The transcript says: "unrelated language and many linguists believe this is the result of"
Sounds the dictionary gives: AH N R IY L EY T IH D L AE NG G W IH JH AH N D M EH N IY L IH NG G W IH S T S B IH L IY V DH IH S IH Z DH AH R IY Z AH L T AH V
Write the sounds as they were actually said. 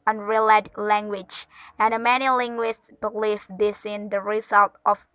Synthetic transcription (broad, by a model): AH N R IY L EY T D L AE NG G W IH JH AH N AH M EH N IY L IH NG G W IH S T B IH L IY F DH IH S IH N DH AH R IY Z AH L T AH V